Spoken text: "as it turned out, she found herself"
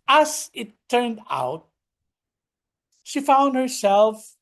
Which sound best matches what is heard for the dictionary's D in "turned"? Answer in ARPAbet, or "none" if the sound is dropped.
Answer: D